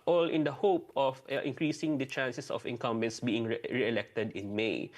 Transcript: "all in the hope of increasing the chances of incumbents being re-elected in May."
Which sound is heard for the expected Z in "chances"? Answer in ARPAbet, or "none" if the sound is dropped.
S